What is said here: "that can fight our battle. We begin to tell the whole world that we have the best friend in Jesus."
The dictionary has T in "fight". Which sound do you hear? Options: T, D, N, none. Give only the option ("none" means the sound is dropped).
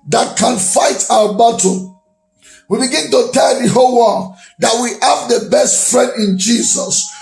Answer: T